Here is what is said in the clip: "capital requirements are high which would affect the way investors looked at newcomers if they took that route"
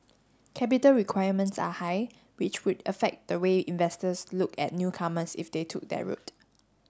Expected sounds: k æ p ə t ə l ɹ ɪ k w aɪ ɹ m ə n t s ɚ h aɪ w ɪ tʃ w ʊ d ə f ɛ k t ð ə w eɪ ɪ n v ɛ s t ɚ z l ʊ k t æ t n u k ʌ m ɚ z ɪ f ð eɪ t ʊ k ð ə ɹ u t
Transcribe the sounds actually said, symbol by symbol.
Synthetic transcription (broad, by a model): k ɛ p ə t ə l ɹ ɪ k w aɪ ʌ m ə n t s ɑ h aɪ w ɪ tʃ w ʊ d ə f ɛ k t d ə w eɪ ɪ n v ɛ s t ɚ s l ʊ k ɛ t n u k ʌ m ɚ s ɪ f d eɪ t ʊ k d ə ɹ u t